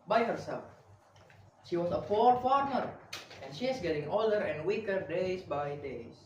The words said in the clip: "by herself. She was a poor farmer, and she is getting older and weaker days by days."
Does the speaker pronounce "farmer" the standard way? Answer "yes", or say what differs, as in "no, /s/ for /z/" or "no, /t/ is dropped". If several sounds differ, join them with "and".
yes